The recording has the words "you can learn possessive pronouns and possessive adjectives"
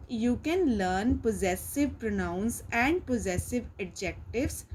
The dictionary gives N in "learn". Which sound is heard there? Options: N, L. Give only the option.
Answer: N